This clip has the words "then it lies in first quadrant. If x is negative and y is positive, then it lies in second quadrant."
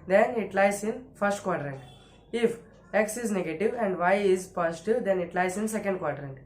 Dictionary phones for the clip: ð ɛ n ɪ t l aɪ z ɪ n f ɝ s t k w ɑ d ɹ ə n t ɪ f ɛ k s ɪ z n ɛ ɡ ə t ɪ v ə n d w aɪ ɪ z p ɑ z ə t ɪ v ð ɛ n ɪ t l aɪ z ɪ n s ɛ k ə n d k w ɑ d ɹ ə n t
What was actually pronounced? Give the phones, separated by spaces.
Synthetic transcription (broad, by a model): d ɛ n ɪ t l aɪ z ɪ n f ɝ s t k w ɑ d ɹ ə n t ɪ f ɛ k s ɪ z n ɛ ɡ ə t ɪ v ə n d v aɪ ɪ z p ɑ s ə t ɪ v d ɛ n ɪ t l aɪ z ɪ n s ɛ k ə n d k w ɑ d ɹ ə n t